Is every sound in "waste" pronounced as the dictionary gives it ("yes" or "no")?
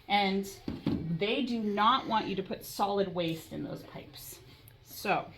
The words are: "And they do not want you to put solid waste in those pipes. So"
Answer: yes